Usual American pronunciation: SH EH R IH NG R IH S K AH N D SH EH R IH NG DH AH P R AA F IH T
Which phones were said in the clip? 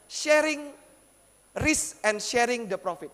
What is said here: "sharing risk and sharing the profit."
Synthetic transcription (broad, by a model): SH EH R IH NG R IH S AH N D SH EH R IH NG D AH P R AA F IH T